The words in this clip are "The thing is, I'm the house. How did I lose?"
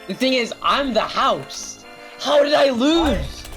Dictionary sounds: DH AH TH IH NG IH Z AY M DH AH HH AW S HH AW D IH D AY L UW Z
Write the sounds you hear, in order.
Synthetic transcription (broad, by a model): DH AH TH IH NG IH Z AY M DH AH HH AW S HH AW D IH D AY L UW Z